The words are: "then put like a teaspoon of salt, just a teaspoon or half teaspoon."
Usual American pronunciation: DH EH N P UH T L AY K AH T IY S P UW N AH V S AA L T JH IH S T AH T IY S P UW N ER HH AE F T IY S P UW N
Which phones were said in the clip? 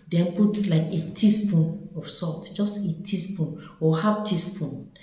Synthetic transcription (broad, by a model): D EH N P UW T L AY K AH T IY S P UW N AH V S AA T JH IH S T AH T IY S P UW N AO HH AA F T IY S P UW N